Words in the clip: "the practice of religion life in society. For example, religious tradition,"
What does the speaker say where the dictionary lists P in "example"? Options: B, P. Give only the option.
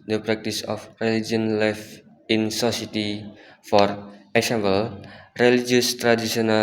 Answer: B